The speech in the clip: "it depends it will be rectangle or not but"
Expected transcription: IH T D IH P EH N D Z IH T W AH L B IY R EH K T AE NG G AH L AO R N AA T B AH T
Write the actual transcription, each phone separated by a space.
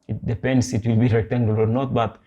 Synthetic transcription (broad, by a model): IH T D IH P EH N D S IH T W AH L B IY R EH T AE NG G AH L AO R N AA T B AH T